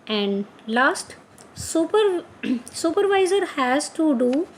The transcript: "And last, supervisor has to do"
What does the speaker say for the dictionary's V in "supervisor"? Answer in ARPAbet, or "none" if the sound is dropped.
V